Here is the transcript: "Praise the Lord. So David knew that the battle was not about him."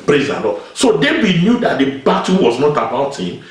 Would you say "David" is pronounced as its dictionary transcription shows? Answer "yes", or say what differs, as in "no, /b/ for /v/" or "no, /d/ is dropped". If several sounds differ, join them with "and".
no, /w/ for /v/